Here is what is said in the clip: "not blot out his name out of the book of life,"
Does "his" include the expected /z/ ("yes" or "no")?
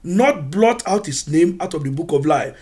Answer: no